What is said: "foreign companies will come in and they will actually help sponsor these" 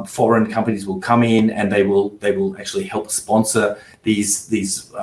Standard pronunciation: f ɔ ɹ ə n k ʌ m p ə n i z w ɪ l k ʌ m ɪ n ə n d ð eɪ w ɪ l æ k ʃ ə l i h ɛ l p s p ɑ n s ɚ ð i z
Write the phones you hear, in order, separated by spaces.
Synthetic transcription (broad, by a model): f ɔ ɹ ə n k ʌ m p ə n i z w ɪ l k ʌ m ɪ n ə n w ð eɪ w ɪ l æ k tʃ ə l i h ɛ l p s p ɑ n s ɚ ð i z